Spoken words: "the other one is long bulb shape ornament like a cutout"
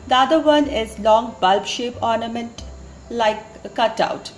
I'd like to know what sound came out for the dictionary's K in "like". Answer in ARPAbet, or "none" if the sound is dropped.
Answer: none